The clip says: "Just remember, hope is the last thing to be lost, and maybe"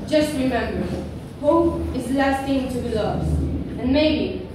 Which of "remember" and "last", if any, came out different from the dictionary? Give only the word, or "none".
none